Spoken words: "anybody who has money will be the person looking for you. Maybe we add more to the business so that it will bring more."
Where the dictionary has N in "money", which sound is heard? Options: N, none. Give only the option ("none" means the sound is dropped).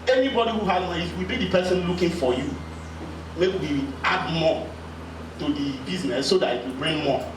none